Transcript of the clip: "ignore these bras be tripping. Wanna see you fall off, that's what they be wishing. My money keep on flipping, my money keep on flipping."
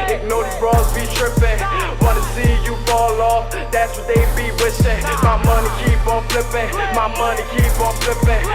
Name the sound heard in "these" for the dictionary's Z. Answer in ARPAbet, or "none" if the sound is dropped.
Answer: none